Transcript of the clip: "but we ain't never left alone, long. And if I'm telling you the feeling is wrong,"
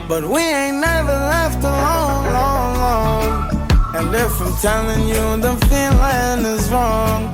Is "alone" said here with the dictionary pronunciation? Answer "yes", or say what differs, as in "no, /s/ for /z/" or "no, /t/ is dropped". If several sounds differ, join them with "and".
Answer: no, /l/ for /n/